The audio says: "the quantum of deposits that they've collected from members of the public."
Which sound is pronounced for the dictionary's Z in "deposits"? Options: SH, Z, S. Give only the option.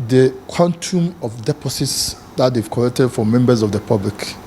S